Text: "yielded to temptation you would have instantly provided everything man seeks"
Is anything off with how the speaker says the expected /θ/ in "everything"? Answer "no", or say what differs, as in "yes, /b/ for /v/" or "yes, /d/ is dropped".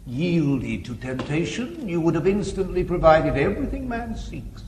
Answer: no